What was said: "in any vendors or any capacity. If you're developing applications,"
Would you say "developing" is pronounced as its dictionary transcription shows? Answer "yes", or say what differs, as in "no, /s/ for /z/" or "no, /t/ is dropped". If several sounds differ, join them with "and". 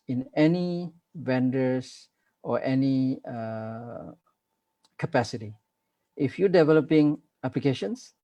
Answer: yes